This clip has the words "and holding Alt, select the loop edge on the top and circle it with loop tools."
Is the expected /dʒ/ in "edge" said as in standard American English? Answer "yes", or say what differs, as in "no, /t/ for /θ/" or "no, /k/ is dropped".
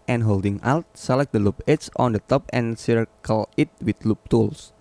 no, /tʃ/ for /dʒ/